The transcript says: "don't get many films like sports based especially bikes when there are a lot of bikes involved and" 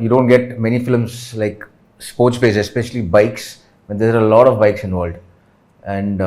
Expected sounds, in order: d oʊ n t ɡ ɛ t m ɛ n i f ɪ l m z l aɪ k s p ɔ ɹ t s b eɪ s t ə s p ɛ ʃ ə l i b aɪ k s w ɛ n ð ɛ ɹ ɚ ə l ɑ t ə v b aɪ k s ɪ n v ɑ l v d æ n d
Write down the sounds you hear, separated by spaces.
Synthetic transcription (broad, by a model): d oʊ n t ɡ ɛ t m ɛ n i f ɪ l m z l aɪ k s p ɔ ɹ t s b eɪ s ə s p ɛ ʃ ə l i b aɪ k s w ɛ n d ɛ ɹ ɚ ə l ɑ t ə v b aɪ k s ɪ n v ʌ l d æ n d